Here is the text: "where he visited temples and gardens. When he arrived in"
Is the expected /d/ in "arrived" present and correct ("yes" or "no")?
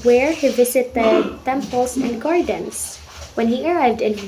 yes